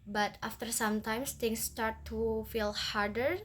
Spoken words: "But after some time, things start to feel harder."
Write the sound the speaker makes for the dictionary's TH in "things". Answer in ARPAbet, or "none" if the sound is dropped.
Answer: S